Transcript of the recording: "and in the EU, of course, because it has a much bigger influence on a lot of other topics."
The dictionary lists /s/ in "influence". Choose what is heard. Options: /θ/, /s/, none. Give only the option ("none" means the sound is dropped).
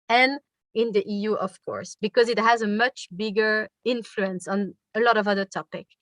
/s/